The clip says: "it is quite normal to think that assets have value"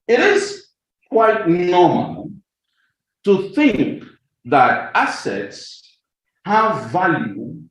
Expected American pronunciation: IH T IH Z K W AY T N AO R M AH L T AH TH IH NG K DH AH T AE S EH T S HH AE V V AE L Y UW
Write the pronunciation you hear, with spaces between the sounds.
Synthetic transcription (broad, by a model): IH T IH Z K W AY T N AO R M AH L T AH TH IH NG K DH AH T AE S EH T S HH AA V V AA L Y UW